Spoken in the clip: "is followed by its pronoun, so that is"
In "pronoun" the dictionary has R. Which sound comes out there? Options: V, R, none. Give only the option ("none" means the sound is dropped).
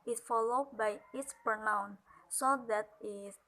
none